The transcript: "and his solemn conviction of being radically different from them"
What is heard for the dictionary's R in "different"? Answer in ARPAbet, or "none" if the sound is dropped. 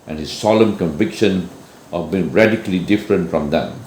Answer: R